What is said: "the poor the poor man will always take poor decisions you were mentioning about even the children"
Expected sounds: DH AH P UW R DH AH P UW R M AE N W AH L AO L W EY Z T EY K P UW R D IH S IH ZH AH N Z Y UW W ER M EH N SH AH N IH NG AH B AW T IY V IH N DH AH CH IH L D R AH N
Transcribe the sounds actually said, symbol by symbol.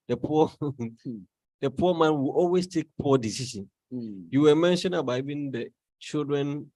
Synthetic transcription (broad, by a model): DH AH P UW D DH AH P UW M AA N W AH L AO L W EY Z T EY K P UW D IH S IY SH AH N Y UW W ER M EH N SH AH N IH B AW IY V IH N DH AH CH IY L D R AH N